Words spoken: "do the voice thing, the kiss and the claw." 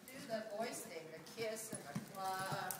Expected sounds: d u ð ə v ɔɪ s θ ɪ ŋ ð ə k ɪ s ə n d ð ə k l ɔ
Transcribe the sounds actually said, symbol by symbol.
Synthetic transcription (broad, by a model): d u ð ə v ɔɪ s t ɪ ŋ ð ə k ɪ s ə n ð ə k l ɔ